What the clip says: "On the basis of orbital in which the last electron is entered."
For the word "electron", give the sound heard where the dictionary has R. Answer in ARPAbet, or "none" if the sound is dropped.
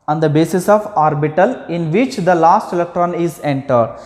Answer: R